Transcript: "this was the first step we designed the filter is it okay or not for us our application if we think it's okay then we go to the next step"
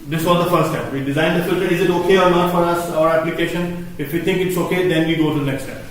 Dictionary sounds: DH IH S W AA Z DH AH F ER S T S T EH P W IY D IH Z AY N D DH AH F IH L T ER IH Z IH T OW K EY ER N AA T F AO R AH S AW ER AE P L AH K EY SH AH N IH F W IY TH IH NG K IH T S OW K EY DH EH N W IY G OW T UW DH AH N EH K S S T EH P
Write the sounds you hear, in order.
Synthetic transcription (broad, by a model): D IH S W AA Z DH AH F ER T S T EH P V IY D IH Z AY N D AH F IH L T ER IH Z IH T OW K EY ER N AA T F AO R AH S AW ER AE P L AH K EY SH AH N IH F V IY T IH NG K IH T S OW K EY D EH N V IY G OW T UW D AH N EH K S S T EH P